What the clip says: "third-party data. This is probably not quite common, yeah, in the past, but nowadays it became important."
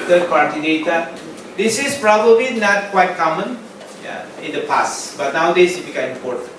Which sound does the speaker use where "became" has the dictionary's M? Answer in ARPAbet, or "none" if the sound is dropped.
none